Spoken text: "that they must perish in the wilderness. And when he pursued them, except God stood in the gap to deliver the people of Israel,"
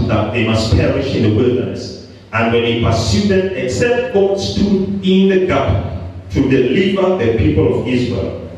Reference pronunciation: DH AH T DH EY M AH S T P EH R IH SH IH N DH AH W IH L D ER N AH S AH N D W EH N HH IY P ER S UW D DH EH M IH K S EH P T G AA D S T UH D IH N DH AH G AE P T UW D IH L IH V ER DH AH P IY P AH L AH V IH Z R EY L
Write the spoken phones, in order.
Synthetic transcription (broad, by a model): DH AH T DH EY M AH S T P EH R IH SH IH N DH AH W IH L D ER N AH S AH N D W EH N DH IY P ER S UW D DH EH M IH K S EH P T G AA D S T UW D IH N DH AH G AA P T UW D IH L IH V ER DH AH P IY P AH L AH V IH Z R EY L